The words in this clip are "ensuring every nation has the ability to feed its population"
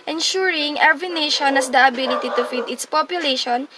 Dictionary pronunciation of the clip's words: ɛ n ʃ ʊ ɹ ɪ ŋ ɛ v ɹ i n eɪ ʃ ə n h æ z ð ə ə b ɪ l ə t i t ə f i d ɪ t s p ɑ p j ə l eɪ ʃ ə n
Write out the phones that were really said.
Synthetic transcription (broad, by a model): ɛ n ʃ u ɹ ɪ ŋ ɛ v i n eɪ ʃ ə n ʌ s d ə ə b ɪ l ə t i t ə f i d ɪ t s p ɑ p j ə l eɪ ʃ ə n